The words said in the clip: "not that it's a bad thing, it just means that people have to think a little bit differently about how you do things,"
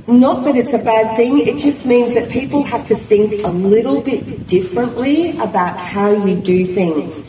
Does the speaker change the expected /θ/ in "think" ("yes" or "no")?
no